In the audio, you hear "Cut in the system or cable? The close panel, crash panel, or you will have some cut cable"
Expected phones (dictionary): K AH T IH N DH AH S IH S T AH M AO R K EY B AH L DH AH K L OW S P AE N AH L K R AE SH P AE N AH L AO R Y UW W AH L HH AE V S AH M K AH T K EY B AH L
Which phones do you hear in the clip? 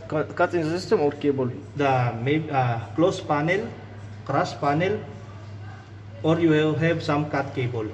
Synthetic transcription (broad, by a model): K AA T IH N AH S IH S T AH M AO R K EY B AH L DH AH K L OW S P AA N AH L K R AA S P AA N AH L AO R Y UW W AH L HH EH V S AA M K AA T K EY B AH L